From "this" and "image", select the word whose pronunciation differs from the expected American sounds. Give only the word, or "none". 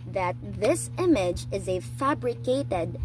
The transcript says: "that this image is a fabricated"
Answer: none